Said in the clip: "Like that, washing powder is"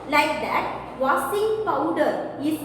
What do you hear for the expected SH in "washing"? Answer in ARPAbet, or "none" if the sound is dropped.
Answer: S